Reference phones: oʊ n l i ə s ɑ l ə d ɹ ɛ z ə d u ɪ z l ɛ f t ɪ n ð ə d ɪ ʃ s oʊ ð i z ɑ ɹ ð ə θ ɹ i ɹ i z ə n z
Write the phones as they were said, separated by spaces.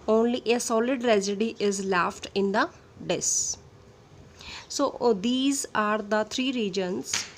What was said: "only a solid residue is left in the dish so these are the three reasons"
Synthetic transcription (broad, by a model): oʊ n l i ə s ɑ l ə d ɹ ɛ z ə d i ɪ z l ɛ f t ɪ n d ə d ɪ s s oʊ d i z ɑ ɹ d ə t ɹ i ɹ i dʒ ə n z